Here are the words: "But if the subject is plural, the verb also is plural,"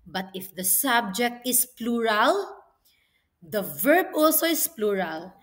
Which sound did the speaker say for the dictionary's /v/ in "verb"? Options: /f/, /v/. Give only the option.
/v/